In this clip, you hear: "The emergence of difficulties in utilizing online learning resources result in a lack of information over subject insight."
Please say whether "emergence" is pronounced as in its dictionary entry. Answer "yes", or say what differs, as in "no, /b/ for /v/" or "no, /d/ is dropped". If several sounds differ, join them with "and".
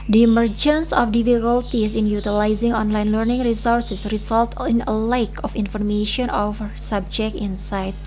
yes